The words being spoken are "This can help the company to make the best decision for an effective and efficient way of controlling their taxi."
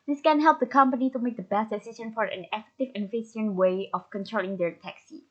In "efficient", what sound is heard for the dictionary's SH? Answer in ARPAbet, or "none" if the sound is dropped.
S